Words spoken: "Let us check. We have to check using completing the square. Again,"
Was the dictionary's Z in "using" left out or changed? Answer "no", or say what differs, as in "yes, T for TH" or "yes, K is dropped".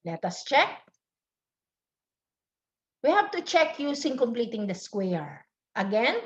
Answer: yes, S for Z